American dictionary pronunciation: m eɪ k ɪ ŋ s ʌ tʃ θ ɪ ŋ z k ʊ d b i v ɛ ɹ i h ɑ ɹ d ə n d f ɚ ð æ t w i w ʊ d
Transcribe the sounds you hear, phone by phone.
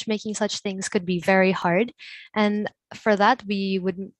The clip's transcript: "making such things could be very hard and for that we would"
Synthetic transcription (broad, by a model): m eɪ k ɪ ŋ s ʌ tʃ θ ɪ ŋ z k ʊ d b i v ɛ ɹ i h ɑ ɹ d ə n f ɚ ð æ t w i w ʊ d